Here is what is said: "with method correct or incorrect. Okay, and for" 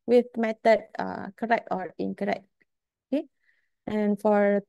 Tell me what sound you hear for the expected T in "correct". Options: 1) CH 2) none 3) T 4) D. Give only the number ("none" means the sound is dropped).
3